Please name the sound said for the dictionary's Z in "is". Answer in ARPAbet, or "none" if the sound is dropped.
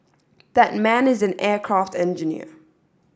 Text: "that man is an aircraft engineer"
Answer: Z